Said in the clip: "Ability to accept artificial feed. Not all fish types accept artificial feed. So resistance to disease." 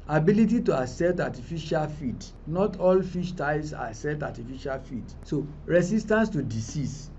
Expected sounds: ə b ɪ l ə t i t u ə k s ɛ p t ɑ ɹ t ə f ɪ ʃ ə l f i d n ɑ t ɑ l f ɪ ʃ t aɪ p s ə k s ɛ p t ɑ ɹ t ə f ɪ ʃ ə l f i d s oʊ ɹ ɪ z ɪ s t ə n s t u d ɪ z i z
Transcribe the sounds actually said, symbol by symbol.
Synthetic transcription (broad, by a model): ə b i l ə t i t u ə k s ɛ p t ɑ t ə f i ʃ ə l f i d n ɑ t ɑ l f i ʃ t aɪ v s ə s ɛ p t ɑ t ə f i ʃ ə l f i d s oʊ ɹ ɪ s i s t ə n s t u d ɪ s i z